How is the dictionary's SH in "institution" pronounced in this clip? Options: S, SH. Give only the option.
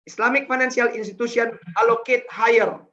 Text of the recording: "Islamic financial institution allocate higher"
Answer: S